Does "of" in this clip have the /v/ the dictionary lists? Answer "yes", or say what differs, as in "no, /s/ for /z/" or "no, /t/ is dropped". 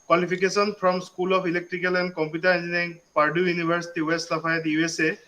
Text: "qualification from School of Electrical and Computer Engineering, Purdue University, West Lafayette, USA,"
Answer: no, /p/ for /v/